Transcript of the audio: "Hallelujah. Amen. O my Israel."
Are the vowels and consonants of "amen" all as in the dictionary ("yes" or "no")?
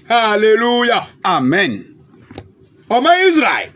yes